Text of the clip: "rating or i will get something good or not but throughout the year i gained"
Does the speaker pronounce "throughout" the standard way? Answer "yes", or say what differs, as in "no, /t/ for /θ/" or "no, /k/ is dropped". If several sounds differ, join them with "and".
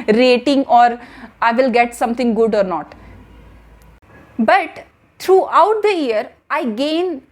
no, /t/ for /θ/